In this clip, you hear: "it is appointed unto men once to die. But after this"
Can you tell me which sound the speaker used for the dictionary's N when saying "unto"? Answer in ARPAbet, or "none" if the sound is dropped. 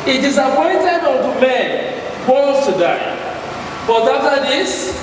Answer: L